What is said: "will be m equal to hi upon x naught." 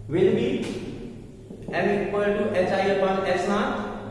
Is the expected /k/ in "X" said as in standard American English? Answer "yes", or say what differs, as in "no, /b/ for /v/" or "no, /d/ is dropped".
no, /k/ is dropped